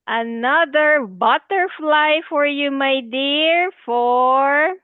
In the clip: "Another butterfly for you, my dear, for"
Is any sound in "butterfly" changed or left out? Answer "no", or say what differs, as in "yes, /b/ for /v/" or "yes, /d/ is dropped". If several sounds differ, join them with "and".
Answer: no